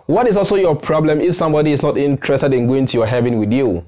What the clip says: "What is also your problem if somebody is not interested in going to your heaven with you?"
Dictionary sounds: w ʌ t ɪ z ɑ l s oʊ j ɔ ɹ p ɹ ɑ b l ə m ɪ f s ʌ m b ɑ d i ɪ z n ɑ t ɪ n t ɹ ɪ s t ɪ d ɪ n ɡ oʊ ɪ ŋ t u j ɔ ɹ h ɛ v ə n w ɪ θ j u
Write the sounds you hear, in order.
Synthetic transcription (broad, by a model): w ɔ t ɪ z ɑ l s oʊ j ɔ p ɹ ɑ b l ə m ɪ f s ʌ m b ɑ d i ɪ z n ɑ t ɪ n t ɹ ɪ s t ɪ d ɪ n ɡ oʊ ɪ ŋ t u j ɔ h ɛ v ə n w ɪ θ j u